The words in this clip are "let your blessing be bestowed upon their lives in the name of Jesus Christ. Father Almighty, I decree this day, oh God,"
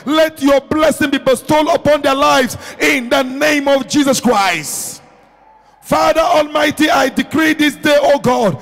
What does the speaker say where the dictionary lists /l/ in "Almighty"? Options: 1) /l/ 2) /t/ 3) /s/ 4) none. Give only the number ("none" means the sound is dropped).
1